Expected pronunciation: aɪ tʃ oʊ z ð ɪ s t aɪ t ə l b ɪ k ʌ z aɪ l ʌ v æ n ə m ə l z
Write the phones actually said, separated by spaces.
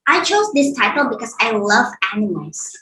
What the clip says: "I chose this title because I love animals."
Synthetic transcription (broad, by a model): aɪ tʃ oʊ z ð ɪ s t aɪ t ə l b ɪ k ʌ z aɪ l ʌ v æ n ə m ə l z